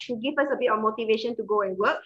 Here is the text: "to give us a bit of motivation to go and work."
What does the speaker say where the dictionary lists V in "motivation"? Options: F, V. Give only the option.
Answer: V